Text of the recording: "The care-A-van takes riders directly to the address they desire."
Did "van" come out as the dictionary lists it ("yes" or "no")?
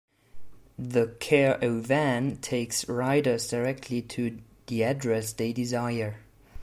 yes